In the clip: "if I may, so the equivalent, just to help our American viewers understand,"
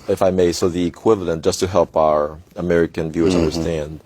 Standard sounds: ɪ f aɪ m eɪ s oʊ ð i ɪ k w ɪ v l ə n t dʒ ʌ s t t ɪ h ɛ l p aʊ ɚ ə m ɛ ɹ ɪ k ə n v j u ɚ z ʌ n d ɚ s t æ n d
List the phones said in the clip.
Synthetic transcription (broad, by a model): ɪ f aɪ m eɪ s oʊ ð i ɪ k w ɪ v l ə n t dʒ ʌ s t t ɪ h ɛ l p aʊ ɚ ə m ɛ ɹ ɪ k ə n v j u ɚ z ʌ n d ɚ s t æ n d